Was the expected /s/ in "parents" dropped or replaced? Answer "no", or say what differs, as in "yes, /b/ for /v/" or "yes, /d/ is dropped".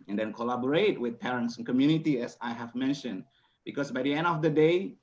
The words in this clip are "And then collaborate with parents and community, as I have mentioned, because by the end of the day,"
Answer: no